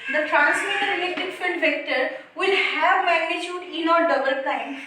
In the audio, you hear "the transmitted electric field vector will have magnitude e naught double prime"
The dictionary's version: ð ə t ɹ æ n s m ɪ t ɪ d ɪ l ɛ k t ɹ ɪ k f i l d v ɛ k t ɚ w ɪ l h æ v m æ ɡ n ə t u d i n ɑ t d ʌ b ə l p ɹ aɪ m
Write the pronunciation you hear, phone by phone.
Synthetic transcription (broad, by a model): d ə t ɹ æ n s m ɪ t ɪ d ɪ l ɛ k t ɪ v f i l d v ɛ k t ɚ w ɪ l h æ v m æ ɡ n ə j u d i n ɑ t d ʌ b ə l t aɪ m